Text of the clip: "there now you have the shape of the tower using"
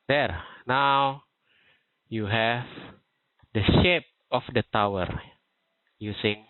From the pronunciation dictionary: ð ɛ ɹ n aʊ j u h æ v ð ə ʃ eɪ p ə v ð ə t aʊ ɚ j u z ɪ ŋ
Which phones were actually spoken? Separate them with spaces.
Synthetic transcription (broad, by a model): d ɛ ɹ n aʊ j u h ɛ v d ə ʃ eɪ p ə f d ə t aʊ ɚ j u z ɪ ŋ